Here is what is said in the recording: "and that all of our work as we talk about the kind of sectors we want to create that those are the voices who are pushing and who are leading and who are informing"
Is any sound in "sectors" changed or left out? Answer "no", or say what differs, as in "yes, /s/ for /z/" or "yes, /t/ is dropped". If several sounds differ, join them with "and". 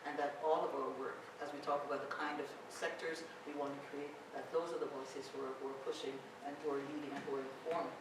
no